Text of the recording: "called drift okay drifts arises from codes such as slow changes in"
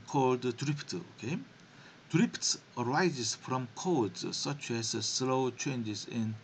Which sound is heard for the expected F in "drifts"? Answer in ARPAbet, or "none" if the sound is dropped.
P